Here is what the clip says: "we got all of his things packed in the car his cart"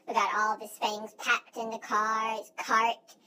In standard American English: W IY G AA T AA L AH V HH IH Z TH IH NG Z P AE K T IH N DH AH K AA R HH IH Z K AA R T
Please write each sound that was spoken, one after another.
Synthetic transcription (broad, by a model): W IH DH AA T AA L AH V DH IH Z TH IH NG Z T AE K T IH N DH AH K AA R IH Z K AA R T